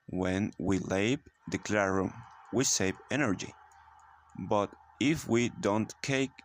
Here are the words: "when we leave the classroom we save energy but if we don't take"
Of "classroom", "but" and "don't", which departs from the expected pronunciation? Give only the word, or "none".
classroom